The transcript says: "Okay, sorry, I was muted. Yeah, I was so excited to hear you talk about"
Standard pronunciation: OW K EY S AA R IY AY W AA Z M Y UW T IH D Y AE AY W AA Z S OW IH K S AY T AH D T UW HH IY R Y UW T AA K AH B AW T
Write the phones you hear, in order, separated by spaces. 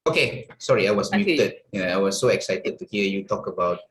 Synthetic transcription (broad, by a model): OW K EY S AA R IY AY W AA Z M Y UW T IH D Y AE AY W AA S OW IH K S AY T AH D T UW HH IY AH Y UW T AA K AH B AW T